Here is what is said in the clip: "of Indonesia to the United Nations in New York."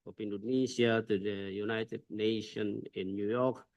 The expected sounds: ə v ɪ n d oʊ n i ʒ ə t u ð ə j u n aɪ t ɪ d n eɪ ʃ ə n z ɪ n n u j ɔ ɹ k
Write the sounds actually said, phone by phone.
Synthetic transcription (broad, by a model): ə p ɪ n d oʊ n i s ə t u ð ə j u n aɪ t ɪ d n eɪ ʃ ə n ɪ n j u j ɔ k